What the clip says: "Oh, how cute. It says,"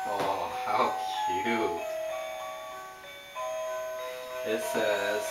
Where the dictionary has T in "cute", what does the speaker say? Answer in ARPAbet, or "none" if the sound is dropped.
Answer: none